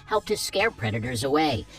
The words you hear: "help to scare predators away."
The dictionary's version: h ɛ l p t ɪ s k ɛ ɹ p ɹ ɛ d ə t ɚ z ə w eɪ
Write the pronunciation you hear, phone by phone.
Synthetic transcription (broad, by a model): h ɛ l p t ɪ s k ɛ ɹ p ɹ ɛ d ə t ɚ z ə w eɪ